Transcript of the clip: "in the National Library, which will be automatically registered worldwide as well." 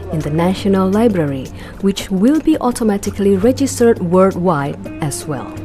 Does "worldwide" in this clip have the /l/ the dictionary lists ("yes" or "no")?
no